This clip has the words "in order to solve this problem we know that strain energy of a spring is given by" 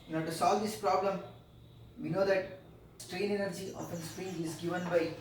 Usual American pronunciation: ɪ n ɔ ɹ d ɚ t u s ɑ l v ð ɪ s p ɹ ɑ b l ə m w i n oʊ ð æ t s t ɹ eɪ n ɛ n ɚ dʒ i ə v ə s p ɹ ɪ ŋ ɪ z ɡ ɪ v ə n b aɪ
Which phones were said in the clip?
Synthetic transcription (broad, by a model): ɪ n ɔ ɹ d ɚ t u s ɑ l v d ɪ s p ɹ ɑ b l ə m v i n oʊ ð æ t s t ɹ eɪ n ɛ n ɚ dʒ i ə p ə s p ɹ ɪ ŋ ɪ z ɡ ɪ v ə n b aɪ